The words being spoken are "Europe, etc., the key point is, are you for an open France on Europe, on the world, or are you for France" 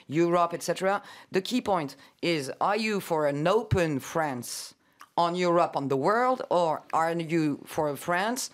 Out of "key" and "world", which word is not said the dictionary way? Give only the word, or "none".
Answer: none